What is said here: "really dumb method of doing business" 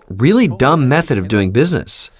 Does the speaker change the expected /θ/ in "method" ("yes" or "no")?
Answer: no